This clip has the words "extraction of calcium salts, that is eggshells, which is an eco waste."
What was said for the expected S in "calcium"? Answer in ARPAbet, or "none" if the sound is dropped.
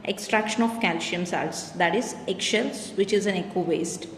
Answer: SH